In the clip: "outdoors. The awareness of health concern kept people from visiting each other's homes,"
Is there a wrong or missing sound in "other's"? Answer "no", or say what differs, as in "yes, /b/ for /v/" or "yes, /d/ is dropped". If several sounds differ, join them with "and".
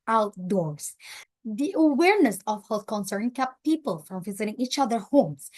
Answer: yes, /z/ is dropped